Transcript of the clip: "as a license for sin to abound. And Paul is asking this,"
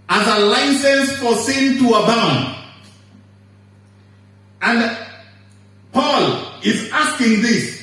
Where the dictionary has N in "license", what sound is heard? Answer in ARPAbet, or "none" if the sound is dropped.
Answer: N